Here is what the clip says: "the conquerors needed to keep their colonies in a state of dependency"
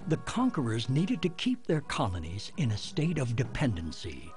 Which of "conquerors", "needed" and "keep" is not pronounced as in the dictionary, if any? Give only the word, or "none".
none